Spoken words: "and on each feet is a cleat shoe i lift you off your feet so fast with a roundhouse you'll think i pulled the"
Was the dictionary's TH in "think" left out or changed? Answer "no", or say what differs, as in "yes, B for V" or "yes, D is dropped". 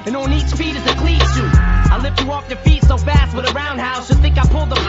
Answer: no